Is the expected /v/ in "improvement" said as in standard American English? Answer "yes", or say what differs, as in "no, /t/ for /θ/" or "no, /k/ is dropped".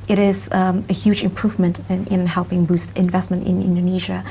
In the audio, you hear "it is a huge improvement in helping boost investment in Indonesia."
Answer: yes